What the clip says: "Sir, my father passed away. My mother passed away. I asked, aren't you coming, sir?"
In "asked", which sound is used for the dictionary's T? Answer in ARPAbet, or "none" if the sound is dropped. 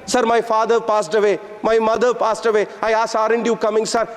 none